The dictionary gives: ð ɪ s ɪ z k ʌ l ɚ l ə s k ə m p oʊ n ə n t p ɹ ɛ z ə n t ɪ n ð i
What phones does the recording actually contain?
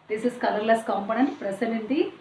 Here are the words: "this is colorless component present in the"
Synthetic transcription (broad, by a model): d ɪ s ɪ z k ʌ l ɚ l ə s k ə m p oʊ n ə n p ɹ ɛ s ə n ɪ n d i